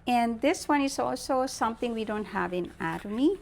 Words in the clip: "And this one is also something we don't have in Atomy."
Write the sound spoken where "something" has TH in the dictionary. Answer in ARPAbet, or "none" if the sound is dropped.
T